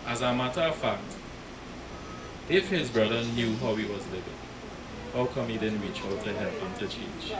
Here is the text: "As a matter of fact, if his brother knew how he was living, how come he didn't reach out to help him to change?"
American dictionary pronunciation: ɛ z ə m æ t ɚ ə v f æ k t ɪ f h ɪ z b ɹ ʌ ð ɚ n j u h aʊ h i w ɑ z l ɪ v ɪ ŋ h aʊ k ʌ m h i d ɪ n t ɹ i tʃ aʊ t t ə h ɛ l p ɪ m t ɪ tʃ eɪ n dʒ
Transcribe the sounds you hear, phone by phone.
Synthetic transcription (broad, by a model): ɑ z ə m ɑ t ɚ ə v f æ k t ɪ f h ɪ z b ɹ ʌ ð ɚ n j u h aʊ h i w ɑ z l ɪ v ɪ ŋ h aʊ k ʌ m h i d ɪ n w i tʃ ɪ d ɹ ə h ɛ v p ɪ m t ɪ tʃ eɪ n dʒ